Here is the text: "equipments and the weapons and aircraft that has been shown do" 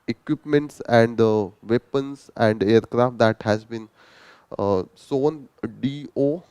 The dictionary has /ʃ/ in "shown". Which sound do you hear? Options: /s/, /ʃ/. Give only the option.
/s/